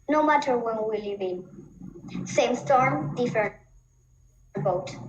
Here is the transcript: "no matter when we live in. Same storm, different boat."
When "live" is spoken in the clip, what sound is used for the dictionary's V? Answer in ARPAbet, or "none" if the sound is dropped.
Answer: B